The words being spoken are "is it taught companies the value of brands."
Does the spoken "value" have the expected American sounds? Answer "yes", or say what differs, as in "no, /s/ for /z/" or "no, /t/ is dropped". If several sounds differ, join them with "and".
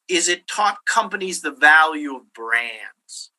yes